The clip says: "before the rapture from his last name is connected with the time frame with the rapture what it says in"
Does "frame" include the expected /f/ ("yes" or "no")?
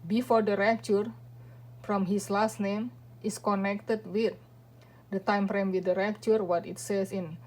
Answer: no